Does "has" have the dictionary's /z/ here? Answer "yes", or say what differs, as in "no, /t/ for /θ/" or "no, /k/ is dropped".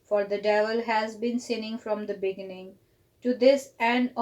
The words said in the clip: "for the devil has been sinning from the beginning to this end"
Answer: yes